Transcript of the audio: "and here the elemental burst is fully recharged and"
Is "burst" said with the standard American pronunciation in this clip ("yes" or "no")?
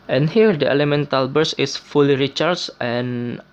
no